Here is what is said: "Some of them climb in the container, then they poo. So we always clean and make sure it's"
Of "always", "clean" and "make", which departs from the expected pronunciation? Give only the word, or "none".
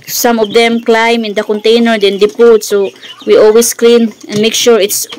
always